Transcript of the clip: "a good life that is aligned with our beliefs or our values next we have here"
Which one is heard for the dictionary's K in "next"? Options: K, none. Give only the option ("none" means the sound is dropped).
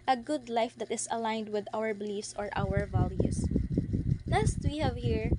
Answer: none